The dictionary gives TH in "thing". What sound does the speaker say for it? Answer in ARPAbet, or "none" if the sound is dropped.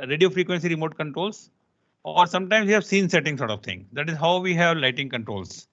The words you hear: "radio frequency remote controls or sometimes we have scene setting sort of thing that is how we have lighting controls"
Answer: T